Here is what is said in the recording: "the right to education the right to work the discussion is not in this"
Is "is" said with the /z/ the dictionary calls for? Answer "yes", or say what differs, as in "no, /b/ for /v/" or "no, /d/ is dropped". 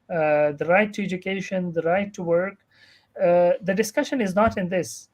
yes